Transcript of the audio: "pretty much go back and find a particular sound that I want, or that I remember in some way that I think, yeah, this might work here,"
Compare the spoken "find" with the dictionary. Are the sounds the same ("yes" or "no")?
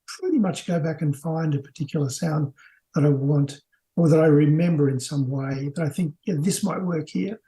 yes